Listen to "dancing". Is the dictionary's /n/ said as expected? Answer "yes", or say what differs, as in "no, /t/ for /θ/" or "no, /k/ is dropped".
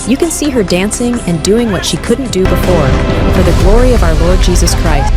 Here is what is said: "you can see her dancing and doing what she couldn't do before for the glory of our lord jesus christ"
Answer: yes